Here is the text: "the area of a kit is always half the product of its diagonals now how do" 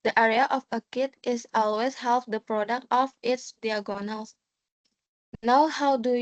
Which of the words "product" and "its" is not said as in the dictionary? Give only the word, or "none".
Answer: none